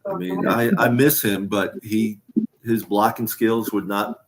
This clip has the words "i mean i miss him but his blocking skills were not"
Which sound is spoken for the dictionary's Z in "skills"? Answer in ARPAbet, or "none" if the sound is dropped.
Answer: Z